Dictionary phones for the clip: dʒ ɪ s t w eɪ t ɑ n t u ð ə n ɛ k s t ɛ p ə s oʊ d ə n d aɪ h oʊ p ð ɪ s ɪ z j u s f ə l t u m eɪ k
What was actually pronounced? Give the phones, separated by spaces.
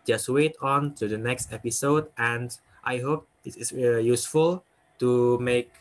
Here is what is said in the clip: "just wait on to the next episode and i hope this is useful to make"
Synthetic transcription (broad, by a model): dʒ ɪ s t w eɪ t ɑ n t u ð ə n ɛ k s t ɛ p ə s oʊ d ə n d aɪ h oʊ p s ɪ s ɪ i j u s f ə l t u m eɪ k